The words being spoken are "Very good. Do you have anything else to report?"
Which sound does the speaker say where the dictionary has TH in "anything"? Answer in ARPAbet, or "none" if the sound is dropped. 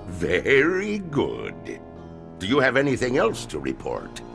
TH